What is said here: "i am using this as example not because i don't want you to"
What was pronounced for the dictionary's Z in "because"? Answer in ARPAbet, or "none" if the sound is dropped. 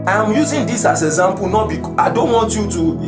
none